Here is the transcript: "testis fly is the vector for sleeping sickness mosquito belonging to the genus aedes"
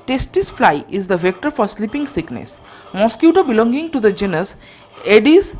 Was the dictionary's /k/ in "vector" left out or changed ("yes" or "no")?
no